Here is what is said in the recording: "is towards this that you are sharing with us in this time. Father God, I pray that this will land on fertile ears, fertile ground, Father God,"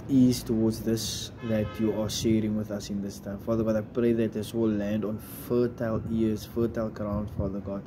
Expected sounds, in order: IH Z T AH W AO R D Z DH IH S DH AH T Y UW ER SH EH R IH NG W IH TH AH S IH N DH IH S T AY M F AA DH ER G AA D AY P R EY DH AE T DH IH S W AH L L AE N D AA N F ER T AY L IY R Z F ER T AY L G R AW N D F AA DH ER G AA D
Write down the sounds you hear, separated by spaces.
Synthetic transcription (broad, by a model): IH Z T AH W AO D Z DH IH S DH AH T Y UW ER SH EH R IH NG W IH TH AH S IH N DH IH S T AY M F AA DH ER G AA D AY P R EY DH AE T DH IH S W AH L L AE N D AA N F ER T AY L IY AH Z F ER T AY L G R AW N D F AA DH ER G AA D